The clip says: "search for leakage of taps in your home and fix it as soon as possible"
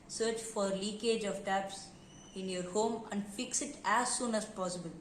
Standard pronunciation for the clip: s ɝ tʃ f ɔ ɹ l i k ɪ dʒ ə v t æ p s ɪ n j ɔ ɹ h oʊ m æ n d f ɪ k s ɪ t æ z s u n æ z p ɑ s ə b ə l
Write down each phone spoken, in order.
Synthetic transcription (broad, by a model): s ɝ tʃ f ɔ ɹ l i k ɪ dʒ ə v t æ p s ɪ n j ɔ ɹ h oʊ m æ n d f ɪ k s ɪ t æ z s u n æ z p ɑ s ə b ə l